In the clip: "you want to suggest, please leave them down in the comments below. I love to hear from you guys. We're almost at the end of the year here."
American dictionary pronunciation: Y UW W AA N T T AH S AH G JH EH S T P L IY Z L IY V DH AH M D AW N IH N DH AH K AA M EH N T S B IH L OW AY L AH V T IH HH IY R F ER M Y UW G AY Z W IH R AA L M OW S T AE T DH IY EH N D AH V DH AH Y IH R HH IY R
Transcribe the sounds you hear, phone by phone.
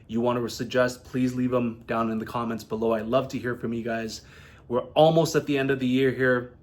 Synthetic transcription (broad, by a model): Y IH W AA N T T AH S AH G JH EH S T P L IY Z L IY V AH M D AW N IH N DH AH K AA M EH N T S B IH L OW AY L AH V T IH HH IY R F ER M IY G AY Z W IH R AA L M OW S T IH T DH IY EH N D AH V DH AH Y IH R HH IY R